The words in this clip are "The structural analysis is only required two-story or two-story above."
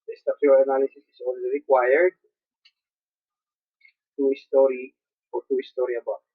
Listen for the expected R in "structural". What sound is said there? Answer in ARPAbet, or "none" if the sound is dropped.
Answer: none